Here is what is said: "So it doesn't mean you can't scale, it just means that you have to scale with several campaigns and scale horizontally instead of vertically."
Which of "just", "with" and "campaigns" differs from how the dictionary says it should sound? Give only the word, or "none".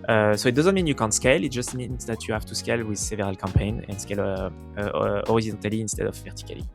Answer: campaigns